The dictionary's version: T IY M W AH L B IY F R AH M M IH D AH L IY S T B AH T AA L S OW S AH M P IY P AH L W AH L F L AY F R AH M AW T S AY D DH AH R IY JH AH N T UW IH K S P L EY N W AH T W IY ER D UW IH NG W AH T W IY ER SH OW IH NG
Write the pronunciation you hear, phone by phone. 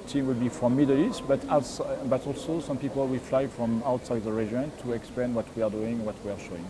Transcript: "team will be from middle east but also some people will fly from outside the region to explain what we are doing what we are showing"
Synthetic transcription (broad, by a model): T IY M W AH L B IY F R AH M M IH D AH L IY S T B AH T AA L S OW S AH M P IY P AH L W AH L F L AY F R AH M AW T S AY D DH AH R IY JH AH N T UW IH K S P L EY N W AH T W IY ER D UW IH NG W AH T W IY ER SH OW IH NG